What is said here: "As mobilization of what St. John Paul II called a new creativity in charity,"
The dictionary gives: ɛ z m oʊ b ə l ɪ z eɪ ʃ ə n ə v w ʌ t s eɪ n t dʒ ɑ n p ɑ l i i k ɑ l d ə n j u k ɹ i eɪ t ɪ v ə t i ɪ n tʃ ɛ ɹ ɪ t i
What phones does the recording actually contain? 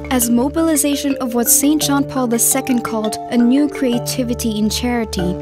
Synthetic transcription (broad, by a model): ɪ z m oʊ b ə l ɪ z eɪ ʃ ə n ə v w ʌ t s eɪ n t dʒ ɑ n p ɑ l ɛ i k ɑ l d ə n j u k ɹ i eɪ t ɪ v ə t i ɪ n tʃ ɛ ɹ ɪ t i